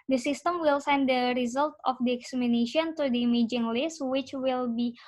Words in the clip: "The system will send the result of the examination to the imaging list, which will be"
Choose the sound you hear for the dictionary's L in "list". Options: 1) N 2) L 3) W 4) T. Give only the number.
2